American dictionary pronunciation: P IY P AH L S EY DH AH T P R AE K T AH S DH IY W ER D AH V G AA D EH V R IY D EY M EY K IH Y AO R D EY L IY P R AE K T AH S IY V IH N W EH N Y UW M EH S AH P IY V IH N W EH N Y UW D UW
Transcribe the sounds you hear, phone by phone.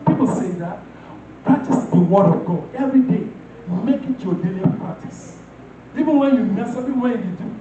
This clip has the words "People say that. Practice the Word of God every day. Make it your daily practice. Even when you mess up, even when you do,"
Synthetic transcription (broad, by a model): P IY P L S EY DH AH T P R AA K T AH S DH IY W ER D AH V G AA EH V R IY D EY M EY K IH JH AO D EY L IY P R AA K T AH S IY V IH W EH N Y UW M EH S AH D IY W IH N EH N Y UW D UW